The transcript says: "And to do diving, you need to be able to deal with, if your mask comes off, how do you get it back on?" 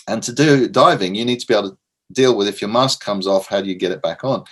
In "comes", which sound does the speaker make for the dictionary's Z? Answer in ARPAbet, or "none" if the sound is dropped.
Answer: Z